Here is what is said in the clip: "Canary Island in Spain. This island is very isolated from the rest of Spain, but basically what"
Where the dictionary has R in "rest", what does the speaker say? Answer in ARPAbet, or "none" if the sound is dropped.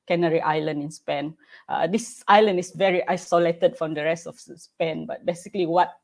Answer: R